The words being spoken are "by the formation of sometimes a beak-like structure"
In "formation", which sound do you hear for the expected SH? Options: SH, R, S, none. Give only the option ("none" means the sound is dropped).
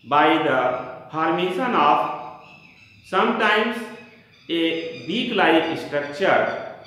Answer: S